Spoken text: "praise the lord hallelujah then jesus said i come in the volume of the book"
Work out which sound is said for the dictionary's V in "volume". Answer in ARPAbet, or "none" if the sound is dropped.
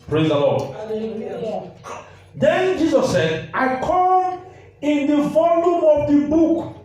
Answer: F